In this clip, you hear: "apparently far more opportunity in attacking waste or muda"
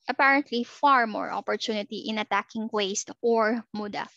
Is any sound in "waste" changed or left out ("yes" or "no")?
no